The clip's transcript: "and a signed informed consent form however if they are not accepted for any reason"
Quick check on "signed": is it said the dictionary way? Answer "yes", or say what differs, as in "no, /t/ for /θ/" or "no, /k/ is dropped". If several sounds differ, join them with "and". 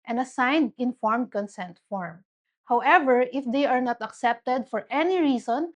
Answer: yes